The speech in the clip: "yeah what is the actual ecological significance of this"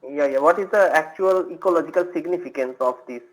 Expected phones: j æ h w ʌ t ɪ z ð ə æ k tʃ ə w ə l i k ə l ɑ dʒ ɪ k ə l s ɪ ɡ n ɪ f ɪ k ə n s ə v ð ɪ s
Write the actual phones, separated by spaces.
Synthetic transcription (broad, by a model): j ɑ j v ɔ t ɪ z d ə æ k tʃ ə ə l i k ə l ɑ dʒ ɪ k ə l s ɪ ɡ n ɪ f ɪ k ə n s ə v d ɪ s